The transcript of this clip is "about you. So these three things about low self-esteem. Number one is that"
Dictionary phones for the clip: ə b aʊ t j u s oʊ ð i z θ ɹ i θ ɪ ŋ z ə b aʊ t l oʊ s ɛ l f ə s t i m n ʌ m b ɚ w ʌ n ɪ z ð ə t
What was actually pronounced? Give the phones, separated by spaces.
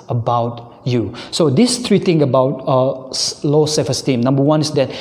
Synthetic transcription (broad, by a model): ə b aʊ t j u s oʊ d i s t ɹ i t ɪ ŋ ə b aʊ t l oʊ s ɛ f ə s t i m n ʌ m b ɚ w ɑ n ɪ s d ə t